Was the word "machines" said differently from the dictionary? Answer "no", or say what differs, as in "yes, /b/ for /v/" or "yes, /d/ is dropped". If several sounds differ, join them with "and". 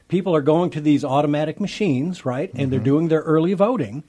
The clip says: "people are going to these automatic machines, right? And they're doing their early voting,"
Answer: no